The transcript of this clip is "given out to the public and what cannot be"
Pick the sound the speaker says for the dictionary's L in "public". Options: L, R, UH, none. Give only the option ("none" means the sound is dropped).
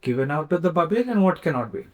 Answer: none